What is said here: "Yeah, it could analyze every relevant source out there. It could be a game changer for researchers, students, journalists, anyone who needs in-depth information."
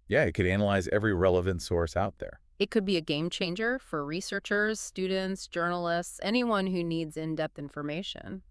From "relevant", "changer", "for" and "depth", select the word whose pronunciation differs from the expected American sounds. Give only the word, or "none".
none